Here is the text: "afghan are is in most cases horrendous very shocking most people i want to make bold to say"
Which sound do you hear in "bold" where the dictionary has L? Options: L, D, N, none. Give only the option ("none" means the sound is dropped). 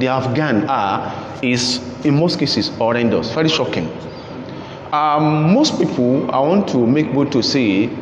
none